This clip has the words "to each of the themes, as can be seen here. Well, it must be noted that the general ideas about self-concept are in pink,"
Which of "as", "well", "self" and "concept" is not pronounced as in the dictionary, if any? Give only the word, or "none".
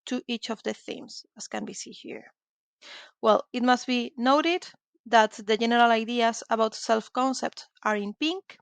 as